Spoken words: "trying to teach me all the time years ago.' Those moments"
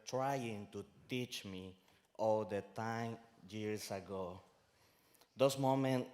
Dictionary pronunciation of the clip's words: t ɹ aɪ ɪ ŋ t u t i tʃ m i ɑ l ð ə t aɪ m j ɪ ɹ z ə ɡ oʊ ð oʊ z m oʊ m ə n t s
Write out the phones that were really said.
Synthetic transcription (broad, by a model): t ɹ aɪ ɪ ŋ t u t i tʃ m i ɑ l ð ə t aɪ m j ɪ ɹ s ə ɡ oʊ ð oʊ s m oʊ m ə n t